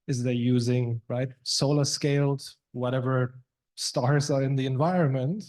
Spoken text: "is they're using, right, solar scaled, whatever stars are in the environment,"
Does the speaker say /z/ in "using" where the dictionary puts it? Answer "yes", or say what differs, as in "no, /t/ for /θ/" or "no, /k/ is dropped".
yes